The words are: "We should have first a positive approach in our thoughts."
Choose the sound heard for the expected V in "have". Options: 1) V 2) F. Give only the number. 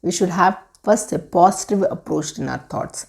1